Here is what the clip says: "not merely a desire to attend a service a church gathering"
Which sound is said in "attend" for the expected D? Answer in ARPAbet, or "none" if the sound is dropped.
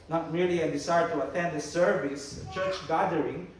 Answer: D